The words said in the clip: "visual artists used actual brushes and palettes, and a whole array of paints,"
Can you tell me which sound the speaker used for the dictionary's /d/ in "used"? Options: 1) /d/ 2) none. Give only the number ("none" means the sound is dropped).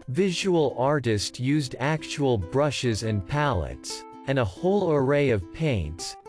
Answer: 1